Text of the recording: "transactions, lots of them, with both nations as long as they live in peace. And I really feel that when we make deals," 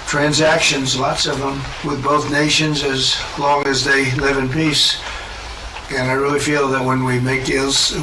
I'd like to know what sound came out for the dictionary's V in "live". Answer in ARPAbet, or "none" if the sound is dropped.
V